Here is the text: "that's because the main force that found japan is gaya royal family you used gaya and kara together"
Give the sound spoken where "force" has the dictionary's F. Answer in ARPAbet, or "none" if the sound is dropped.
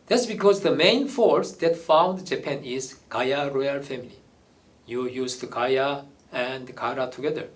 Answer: F